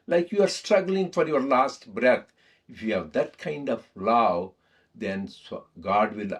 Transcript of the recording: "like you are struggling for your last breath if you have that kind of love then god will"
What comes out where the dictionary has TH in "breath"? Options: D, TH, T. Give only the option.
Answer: T